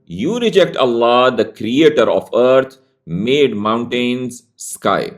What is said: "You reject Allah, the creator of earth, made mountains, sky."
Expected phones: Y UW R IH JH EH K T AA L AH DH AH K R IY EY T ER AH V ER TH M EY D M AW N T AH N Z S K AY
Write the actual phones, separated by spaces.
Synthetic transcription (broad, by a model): Y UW R IH JH EH K T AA L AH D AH K R IY EY T ER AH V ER T M EY D M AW N T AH N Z S K AY